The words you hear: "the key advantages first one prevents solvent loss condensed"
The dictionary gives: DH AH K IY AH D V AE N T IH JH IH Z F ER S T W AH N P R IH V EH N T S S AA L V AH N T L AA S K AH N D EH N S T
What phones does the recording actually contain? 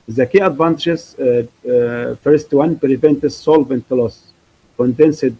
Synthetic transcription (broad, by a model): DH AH K IY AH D V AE N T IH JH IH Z F ER S T W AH N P R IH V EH N T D S AA L V AH N T L AA S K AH N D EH N S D